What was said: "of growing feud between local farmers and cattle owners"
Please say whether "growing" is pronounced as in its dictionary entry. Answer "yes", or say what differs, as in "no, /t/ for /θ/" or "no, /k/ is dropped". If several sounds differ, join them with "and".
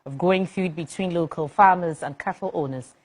no, /ɹ/ is dropped